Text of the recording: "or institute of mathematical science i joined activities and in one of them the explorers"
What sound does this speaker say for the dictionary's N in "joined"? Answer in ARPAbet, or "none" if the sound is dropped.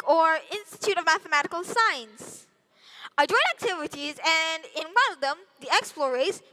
none